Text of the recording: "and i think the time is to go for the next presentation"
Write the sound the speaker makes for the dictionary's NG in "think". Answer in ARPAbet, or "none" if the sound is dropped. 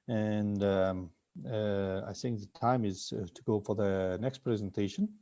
NG